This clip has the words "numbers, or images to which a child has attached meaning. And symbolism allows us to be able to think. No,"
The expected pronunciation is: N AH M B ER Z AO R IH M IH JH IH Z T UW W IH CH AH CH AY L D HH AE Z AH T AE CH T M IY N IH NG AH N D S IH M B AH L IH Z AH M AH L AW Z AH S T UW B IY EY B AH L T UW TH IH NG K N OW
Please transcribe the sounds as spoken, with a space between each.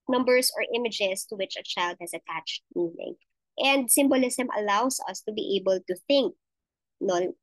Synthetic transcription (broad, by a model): N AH M B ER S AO R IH M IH JH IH S T UW W IH CH AH CH AY L D HH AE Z AH T AE CH T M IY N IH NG AH N D S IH M B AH L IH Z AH M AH L AW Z AH S T UW B IY EY B AH L T UW TH IH NG K N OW